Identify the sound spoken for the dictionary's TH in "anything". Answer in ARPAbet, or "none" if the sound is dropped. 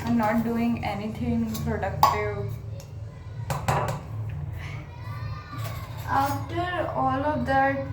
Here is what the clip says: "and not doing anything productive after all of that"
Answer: T